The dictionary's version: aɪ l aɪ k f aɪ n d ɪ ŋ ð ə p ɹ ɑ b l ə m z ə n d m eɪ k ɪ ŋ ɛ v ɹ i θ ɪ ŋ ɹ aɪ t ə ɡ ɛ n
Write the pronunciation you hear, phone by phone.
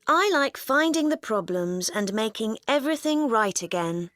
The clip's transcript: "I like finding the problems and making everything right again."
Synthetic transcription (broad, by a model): aɪ l aɪ k f aɪ n d ɪ ŋ ð ə p ɹ ɑ b l ə m z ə n m eɪ k ɪ ŋ ɛ v ɹ i θ ɪ ŋ ɹ aɪ t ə ɡ ɛ n